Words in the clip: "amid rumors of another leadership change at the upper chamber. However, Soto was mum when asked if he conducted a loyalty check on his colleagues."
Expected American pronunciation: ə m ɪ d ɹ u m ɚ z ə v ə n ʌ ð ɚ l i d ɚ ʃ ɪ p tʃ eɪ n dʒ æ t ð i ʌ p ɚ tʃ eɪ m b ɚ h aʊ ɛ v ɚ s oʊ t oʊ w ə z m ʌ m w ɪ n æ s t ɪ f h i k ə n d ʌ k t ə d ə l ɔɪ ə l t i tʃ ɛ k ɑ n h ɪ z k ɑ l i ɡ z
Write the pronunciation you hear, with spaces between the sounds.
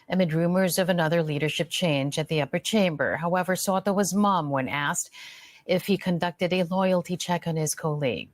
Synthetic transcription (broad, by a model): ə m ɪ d ɹ u m ɚ z ə v ə n ʌ ð ɚ l i d ɚ ʃ ɪ p tʃ eɪ n dʒ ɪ t ð i ʌ p ɚ tʃ eɪ m b ɚ h aʊ ɛ v ɚ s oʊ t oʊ w ə z m ʌ m w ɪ n æ s t ɪ f h i k ə n d ʌ k t ə d ə l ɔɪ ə l t i tʃ ɛ k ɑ n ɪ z k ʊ l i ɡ